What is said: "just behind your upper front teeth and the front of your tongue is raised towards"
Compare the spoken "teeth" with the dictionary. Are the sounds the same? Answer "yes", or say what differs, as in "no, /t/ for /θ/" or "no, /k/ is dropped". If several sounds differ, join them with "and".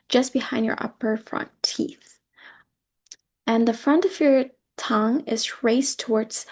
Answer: yes